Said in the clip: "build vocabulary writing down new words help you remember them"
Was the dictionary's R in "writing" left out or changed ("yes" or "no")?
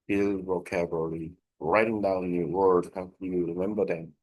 no